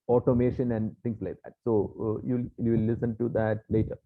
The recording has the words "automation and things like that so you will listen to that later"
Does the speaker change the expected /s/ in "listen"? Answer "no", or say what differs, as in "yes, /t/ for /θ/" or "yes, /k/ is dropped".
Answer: no